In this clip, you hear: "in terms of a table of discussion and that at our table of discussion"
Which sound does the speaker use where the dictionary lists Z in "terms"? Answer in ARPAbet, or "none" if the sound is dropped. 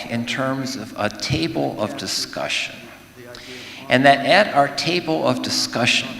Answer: Z